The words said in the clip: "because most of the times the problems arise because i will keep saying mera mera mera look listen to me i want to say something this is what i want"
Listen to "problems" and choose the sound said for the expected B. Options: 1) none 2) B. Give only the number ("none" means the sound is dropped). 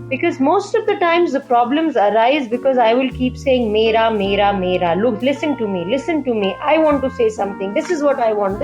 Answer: 2